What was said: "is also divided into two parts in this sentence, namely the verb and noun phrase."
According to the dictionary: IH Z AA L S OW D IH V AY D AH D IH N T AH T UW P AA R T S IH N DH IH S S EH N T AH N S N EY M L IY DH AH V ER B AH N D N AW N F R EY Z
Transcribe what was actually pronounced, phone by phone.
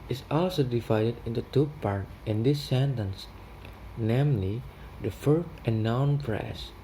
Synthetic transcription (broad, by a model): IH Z AA L S OW D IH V AY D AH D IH N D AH T UW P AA R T IH N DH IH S S EH N T AH N S N EY M L IY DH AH F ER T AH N N AW N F R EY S